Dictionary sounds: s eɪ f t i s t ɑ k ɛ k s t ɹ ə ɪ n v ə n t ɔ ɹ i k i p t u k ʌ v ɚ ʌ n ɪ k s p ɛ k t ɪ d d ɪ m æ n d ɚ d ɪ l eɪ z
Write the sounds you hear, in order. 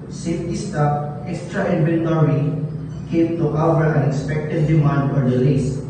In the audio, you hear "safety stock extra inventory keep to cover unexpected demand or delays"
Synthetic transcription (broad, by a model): s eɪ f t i s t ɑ ɛ k s t ɹ ə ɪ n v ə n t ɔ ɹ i k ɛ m t u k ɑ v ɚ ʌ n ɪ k s p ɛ k t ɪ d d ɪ m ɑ n d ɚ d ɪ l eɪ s